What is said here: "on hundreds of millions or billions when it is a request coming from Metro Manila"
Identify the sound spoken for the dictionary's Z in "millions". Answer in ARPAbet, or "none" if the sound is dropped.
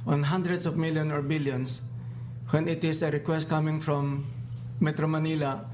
none